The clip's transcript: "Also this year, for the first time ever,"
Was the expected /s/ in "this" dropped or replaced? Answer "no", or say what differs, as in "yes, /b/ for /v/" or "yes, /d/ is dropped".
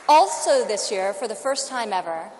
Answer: no